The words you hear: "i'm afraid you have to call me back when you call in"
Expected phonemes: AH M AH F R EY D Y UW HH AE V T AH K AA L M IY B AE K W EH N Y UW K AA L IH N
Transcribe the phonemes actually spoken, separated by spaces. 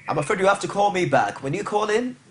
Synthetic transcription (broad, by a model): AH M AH F AH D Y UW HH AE F T AH K AA L M IY B AE K W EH N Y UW K AA L IH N